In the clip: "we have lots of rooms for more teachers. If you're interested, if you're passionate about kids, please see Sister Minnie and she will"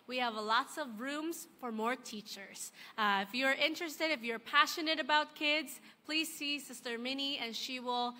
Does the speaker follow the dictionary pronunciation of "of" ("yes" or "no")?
yes